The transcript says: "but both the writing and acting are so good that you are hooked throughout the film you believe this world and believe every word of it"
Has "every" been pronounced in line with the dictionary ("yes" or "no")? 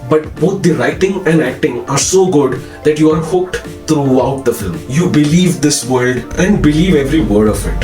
yes